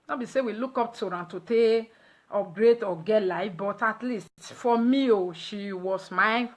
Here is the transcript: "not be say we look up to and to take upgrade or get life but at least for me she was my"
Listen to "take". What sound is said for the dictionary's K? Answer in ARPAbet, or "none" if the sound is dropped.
none